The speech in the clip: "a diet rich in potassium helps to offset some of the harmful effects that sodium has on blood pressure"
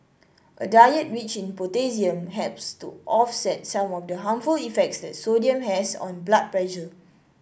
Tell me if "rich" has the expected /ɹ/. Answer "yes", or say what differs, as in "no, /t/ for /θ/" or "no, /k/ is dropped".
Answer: no, /w/ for /ɹ/